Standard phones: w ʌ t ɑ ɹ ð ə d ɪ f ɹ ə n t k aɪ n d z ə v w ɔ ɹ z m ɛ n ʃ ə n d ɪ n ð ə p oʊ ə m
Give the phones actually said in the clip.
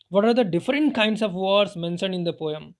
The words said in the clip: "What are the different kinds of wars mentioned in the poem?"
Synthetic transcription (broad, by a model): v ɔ t ɑ ɹ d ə d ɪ f ɹ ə n t k aɪ n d s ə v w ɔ ɹ s m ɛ n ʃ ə n ɪ n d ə p oʊ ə m